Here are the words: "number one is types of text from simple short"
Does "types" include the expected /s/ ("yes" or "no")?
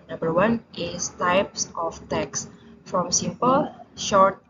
yes